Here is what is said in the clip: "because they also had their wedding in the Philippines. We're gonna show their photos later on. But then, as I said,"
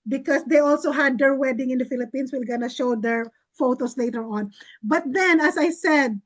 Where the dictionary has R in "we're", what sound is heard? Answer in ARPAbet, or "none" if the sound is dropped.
L